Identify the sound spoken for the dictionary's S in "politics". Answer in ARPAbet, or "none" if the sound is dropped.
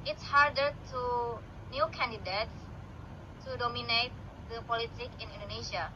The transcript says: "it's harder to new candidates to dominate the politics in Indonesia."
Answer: none